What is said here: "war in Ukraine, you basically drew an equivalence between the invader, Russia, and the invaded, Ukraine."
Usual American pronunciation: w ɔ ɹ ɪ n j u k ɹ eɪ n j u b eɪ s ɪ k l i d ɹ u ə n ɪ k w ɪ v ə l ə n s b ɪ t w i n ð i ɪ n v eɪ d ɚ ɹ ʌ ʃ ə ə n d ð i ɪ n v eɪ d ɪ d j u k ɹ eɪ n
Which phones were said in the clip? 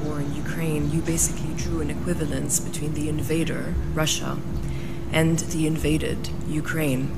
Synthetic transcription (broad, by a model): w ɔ ɹ ɪ n j u k ɹ eɪ n j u b eɪ s ɪ k l i d ɹ u ə n ɪ k w ɪ v ə l ə n s b ɪ t w i n ð i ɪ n v eɪ d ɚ ɹ ʌ ʃ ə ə n ð i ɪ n v eɪ d ɪ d j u k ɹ eɪ n